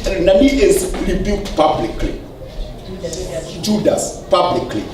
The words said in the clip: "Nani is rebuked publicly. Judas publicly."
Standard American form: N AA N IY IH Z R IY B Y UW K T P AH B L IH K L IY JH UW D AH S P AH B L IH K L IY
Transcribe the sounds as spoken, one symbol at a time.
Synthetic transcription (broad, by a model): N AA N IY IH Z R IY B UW T P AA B L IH K L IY JH UW D AH S P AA B L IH K L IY